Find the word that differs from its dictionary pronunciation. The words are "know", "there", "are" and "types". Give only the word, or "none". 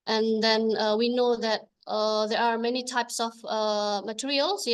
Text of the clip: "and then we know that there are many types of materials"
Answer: none